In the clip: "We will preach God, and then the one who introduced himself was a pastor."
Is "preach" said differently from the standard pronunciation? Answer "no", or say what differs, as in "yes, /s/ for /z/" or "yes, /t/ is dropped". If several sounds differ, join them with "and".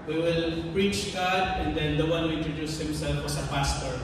no